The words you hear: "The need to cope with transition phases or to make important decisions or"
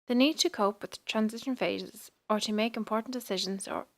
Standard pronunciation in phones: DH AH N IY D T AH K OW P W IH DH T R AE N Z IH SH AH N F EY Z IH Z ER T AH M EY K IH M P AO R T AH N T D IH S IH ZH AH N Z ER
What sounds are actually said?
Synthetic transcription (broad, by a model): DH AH N IY D T AH K OW P W IH DH T R AE N Z IH SH AH N F EY Z IH Z ER T AH M EY K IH M P AO R T N D IH S IH ZH AH N Z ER